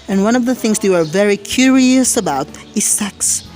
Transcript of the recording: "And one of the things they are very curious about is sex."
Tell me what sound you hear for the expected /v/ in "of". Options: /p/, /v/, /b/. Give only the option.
/v/